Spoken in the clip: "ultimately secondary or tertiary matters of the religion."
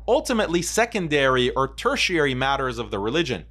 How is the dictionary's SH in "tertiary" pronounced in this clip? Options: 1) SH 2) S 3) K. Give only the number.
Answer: 1